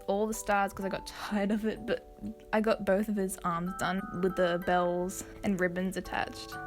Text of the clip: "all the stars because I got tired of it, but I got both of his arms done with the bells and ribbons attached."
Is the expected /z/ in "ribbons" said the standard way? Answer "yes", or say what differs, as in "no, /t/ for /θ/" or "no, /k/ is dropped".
yes